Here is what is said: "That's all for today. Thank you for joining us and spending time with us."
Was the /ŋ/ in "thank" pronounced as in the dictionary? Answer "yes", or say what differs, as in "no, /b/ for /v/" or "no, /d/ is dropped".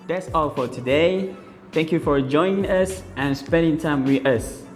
yes